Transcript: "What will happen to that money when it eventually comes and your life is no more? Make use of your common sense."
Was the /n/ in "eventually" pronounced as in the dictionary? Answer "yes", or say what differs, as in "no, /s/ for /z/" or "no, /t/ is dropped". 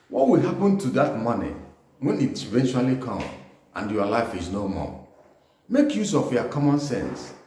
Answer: yes